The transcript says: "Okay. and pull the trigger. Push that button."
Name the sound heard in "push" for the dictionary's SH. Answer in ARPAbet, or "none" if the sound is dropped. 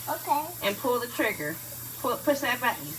S